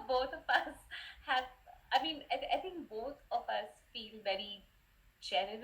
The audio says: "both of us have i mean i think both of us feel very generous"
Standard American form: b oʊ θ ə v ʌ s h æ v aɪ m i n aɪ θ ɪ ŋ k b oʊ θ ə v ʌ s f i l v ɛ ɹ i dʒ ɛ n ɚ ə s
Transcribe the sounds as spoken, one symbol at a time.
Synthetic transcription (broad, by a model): b oʊ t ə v ʌ s h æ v aɪ m i n aɪ t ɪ ŋ k b oʊ t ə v ʌ s f i l v ɛ ɹ i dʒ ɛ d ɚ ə